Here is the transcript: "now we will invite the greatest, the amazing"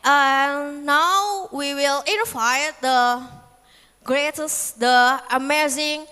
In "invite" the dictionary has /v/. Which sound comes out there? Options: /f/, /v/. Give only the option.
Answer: /f/